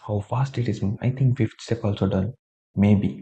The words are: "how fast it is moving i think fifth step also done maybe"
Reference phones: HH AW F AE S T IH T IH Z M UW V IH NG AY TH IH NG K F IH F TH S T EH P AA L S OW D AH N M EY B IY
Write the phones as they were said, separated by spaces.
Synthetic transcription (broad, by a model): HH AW F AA S T IH T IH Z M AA IH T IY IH NG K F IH F T S T EH P AA L S OW D AH N M EY B IY